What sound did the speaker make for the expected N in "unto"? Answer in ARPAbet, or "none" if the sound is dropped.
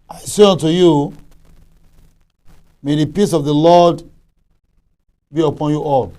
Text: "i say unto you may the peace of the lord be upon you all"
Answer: N